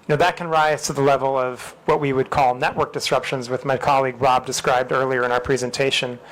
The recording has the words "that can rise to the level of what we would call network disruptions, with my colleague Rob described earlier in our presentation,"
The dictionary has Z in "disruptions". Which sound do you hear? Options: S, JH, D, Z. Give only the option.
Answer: Z